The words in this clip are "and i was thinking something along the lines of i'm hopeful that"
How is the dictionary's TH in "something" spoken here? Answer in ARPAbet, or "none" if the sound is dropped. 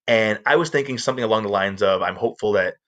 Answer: TH